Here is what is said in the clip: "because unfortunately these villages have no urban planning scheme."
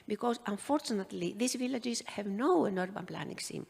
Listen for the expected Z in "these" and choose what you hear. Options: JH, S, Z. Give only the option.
S